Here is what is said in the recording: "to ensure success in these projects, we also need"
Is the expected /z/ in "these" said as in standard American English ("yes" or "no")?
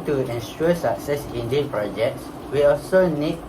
no